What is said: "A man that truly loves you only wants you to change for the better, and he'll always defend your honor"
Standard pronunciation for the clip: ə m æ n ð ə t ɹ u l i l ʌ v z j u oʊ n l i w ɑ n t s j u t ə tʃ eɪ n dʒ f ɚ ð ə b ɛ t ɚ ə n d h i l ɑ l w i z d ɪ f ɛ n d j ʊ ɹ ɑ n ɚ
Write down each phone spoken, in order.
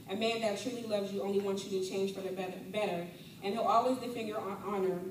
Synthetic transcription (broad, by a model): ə m æ n ð ə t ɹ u n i l ʌ v z j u oʊ n l i w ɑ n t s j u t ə tʃ eɪ n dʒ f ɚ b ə b ɛ t ɚ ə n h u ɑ l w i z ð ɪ f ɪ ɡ j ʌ ɹ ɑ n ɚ